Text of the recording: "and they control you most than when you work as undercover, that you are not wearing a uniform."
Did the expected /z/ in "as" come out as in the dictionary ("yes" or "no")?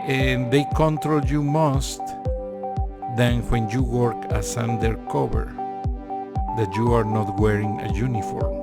no